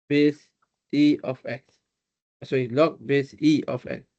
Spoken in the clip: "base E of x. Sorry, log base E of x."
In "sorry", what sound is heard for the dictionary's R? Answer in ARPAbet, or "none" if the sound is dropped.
none